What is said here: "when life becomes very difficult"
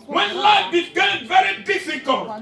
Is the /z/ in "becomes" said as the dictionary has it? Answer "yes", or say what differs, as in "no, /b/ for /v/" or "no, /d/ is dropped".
no, /z/ is dropped